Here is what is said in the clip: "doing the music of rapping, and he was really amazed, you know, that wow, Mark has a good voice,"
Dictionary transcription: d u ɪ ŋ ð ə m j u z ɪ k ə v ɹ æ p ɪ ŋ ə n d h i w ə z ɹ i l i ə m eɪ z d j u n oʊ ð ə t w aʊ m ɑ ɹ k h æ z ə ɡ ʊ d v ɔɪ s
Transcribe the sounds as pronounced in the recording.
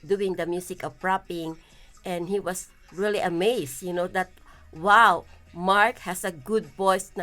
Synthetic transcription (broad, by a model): d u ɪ ŋ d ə m j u s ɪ k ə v ɹ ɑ p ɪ ŋ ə n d h i w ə s ɹ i l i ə m eɪ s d j u n oʊ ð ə t w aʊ m ɑ ɹ k h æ s ə ɡ ʊ d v ɔɪ s